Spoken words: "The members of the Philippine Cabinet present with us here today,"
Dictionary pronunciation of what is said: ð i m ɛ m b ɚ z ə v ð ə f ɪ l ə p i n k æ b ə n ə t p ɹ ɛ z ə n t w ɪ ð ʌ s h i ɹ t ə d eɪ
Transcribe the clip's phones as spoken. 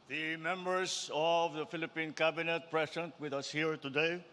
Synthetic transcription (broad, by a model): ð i m ɛ m b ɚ s ə v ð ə f ɪ l ə p i n k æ b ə n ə t p ɹ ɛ s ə n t w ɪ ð ʌ s h i ɹ t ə d eɪ